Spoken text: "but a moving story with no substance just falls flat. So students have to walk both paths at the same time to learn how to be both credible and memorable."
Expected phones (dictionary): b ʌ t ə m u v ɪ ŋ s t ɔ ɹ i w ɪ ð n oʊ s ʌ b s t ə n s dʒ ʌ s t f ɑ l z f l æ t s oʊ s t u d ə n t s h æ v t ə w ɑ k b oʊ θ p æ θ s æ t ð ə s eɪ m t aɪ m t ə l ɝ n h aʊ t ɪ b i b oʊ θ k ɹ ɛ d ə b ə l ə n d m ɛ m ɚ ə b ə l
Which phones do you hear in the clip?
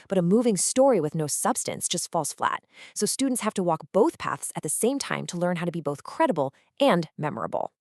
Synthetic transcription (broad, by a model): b ʌ t ə m u v ɪ ŋ s t ɔ ɹ i w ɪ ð n oʊ s ʌ b s t ə n s dʒ ʌ s t f ɑ l s f l æ t s oʊ s t u d n t s h æ f t ə w ɑ k b oʊ θ p æ θ s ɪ t ð ə s eɪ m t aɪ m t ə l ɝ n h aʊ t ɪ b i b oʊ θ k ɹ ɛ d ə b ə l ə n m ɛ m ɚ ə b l